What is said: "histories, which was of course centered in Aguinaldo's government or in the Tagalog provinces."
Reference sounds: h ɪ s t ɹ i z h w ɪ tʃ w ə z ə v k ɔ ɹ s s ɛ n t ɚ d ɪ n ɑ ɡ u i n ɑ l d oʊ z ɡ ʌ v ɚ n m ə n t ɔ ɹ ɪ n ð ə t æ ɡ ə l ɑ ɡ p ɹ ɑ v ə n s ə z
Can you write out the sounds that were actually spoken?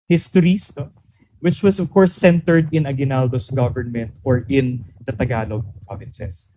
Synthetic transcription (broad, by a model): h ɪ s t ɹ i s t w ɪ tʃ w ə s ə v k ɔ ɹ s s ɛ n t ɚ d ɪ n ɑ ɡ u n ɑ l d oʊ s ɡ ʌ v ɚ n m ə n t ɔ ɹ ɪ n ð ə t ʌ ɡ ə l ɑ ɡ p ɹ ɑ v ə n s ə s